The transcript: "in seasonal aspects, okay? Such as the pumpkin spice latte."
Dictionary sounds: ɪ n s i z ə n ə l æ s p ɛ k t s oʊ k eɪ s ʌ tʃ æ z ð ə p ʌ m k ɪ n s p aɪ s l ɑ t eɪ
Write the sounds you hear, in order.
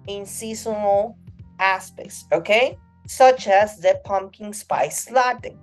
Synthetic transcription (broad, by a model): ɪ n s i s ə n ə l æ s p ɛ k t s oʊ k eɪ s ʌ tʃ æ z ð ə p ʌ m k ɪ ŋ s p aɪ s l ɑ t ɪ